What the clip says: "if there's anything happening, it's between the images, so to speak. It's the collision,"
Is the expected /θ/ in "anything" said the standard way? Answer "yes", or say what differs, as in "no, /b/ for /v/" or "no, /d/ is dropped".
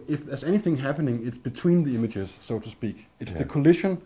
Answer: yes